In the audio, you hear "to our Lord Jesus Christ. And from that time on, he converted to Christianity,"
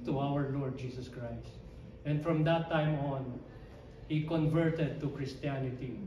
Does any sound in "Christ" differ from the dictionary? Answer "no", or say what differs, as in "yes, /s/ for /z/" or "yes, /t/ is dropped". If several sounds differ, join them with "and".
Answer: no